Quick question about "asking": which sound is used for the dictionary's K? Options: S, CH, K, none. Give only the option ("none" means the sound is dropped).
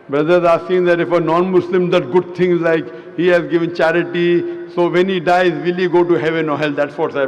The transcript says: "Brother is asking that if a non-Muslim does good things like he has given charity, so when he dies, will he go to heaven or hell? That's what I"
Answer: none